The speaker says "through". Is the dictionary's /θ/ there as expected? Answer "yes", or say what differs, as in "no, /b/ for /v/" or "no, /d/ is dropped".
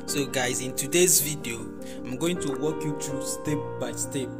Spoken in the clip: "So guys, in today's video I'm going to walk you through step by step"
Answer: no, /t/ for /θ/